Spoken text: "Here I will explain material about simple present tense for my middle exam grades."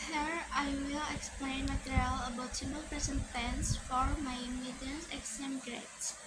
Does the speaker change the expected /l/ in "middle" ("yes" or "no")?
yes